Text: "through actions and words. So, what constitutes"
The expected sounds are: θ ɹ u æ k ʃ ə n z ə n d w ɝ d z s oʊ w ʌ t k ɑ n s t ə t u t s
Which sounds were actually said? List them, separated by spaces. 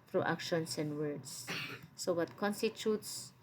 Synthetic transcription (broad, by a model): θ ɹ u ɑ k ʃ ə n s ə n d w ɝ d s s oʊ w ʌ t k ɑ n s t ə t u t s